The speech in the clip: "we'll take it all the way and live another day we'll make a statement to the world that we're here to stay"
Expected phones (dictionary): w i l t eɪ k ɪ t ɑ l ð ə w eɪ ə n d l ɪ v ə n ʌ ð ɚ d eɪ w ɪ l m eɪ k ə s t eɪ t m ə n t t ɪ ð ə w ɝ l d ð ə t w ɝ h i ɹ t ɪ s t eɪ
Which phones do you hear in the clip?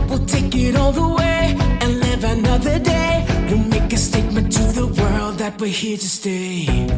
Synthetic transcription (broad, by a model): w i l t eɪ k ɪ t ɑ l ð ə w eɪ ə n l ɪ v ə n ʌ ð ɚ d eɪ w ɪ n m eɪ k ə s t eɪ t m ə n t t ɪ ð ə w ɝ l d ð ə t w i h i ɹ t ɪ s t eɪ